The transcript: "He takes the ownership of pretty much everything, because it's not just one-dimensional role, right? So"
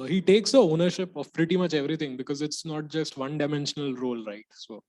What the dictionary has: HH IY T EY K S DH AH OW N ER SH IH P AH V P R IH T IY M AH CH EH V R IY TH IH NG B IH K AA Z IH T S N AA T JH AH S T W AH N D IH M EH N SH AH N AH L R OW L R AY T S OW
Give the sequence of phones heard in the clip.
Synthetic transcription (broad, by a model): HH IY T EY K S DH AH OW N ER SH IH P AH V P R IH T IY M AH CH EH V R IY T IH NG B IH K AA Z IH T S N AA T JH AH S T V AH N D IH M EH N SH AH N AH L R OW L R AY T S OW